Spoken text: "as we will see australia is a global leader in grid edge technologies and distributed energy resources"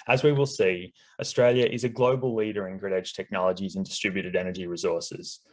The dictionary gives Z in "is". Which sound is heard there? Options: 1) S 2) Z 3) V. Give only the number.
2